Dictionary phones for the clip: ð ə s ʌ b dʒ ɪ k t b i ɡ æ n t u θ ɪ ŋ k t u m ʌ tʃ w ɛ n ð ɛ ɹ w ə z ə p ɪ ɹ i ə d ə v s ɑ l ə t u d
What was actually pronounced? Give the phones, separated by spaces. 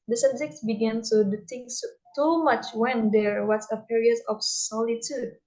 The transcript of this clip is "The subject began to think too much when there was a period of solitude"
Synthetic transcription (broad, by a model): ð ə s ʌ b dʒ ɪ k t b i ɡ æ n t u t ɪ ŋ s t u m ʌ tʃ w ɛ n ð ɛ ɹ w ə s ə p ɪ ɹ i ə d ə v s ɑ l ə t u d